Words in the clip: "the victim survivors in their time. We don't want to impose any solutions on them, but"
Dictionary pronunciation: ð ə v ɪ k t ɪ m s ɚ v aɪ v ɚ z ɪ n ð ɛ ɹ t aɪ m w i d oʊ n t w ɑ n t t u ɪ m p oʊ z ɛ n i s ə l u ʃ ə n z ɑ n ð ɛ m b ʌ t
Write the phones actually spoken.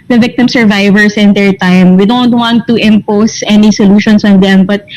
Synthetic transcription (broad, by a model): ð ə v ɪ k t ɪ m s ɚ v aɪ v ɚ s ɪ n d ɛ ɹ t aɪ m w i d oʊ n t w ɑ n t t u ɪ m p oʊ s ɛ n i s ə l u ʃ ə n s ɑ n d ɛ m b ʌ t